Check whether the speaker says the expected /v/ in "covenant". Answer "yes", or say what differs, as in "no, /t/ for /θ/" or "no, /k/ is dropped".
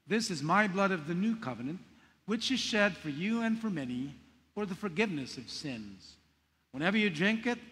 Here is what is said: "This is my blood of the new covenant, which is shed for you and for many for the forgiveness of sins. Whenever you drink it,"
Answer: yes